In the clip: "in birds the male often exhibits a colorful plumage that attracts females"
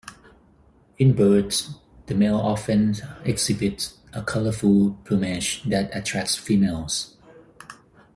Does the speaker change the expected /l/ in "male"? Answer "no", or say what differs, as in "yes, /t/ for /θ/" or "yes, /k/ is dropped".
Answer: no